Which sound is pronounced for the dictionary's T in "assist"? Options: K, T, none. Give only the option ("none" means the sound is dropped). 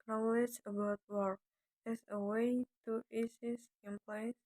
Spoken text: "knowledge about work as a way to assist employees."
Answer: none